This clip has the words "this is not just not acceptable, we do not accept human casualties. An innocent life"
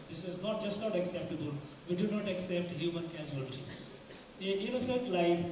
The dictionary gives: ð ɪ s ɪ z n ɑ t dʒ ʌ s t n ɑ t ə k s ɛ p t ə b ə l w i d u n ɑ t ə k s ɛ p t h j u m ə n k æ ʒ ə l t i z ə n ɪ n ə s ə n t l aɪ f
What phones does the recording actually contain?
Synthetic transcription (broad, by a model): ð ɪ s ɪ z n ɑ t dʒ ʌ s t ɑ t ə k s ɛ p t ə b ə l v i d u n ɑ t ə k s ɛ p t h j u m ə n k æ z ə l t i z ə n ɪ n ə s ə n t l aɪ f